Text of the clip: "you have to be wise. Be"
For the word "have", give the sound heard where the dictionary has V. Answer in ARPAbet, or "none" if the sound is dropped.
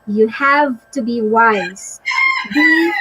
V